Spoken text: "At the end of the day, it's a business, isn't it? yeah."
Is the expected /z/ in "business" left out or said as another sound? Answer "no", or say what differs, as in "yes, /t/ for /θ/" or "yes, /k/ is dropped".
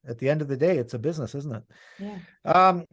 no